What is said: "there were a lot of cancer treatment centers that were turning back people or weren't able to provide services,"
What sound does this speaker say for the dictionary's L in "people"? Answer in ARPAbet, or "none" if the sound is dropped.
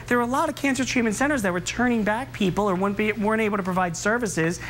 W